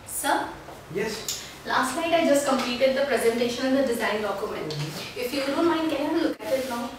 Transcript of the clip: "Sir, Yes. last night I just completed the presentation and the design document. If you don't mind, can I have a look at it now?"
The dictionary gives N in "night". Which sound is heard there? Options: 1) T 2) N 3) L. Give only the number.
3